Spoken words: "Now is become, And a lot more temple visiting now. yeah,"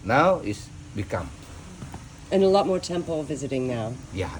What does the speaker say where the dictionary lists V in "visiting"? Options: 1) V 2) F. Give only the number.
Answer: 1